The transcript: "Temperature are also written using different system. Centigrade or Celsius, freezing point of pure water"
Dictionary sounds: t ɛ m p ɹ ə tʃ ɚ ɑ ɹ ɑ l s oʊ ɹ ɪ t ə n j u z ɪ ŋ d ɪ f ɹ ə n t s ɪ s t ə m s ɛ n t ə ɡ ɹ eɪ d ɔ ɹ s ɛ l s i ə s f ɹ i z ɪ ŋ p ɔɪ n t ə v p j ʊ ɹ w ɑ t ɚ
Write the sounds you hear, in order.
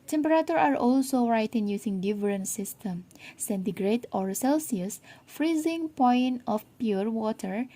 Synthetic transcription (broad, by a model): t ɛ m p ɹ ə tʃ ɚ ɑ ɹ ɑ l s oʊ ɹ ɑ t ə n j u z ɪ ŋ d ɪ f ɹ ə n s ɪ s t ə m s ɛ n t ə ɡ ɹ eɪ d ɔ ɹ s ɛ l s i ə s f ɹ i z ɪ ŋ p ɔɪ n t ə f p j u ɹ w ɑ t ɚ